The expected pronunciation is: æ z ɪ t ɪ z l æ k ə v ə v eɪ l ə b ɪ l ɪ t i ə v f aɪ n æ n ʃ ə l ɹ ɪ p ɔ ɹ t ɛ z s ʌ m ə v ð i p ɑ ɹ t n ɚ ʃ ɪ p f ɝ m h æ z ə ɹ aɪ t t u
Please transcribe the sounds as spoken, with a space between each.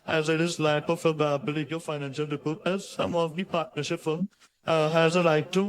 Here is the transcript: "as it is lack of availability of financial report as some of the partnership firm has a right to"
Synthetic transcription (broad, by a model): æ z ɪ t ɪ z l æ ə p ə f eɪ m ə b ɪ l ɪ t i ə f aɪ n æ n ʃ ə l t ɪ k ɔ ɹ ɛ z s ʌ m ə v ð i p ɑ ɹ t n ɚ ʃ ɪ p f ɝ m h æ z ə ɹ aɪ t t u